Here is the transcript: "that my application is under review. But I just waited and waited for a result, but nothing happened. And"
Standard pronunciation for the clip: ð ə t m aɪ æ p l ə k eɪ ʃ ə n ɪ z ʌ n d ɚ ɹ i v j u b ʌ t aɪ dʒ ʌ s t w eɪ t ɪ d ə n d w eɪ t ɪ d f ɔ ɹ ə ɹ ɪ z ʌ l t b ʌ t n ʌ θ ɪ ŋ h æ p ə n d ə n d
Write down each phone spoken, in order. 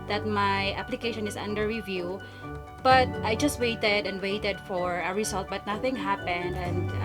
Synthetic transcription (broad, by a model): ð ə t m aɪ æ p l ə k eɪ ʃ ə n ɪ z ʌ n d ɚ ɹ i v j u b ʌ t aɪ dʒ ʌ s t w eɪ t ɪ d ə n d w eɪ t ɪ d f ɔ ɹ ə ɹ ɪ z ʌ l t b ʌ t n ʌ θ ɪ ŋ h æ p ə n d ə n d